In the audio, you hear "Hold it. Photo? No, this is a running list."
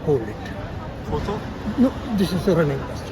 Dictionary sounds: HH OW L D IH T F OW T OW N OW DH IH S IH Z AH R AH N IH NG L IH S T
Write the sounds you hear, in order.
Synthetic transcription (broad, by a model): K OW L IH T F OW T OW N OW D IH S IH S AH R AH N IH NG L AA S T